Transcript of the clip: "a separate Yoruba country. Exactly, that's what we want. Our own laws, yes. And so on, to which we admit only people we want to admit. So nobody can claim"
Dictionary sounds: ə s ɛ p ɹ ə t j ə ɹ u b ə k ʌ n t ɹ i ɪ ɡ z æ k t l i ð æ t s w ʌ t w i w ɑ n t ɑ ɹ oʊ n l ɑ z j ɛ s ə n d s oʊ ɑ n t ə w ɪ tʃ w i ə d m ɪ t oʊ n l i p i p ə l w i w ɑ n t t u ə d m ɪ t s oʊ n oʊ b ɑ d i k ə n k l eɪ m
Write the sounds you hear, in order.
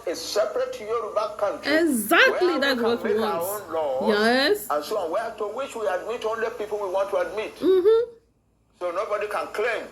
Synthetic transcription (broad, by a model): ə s ɛ p ɹ ə t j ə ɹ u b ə k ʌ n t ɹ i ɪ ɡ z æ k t l i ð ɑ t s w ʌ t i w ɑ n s oʊ n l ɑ j ɛ s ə n s oʊ ɑ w t ə w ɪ tʃ w i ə d m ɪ t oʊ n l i p i p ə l w i w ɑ n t t u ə d m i t s oʊ n oʊ b ɑ d i k ə n k l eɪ m